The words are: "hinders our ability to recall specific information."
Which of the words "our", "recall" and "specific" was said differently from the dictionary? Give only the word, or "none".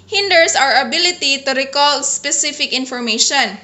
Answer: none